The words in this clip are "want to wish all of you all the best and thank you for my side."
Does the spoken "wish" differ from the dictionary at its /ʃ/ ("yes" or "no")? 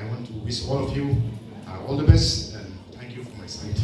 yes